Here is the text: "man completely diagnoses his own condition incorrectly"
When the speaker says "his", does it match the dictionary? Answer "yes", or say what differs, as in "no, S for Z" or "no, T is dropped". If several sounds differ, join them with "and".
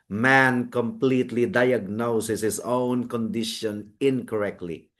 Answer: no, S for Z